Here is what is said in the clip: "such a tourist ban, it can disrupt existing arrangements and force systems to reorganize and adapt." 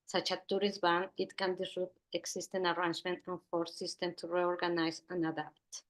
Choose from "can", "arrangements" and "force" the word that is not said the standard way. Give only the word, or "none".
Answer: arrangements